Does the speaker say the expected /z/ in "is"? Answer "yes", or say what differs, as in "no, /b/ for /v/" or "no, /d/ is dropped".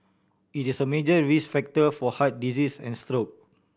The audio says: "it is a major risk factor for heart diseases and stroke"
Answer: no, /s/ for /z/